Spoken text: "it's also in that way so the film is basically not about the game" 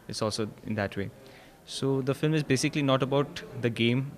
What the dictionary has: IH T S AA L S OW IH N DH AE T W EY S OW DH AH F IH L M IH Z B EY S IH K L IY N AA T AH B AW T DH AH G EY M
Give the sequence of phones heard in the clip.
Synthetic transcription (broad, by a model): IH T S AA L S OW IH N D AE T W EY S OW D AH F IH L M IH Z B EY S IH K L IY N AA T AH B AW T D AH G EY M